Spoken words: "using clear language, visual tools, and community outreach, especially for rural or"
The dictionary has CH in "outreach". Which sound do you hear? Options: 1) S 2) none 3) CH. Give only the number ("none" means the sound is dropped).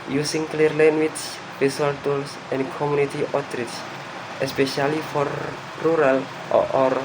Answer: 1